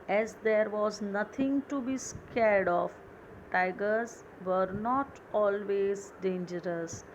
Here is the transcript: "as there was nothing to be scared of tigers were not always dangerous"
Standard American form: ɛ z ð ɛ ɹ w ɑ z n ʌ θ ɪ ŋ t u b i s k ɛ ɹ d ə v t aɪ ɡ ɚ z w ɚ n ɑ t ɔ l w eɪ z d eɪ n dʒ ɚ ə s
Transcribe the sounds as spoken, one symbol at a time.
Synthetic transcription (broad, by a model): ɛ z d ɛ ɹ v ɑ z n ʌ t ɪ ŋ t u b i s k ɛ ɹ d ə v t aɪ ɡ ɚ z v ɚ n ɑ t ɔ l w eɪ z d eɪ n dʒ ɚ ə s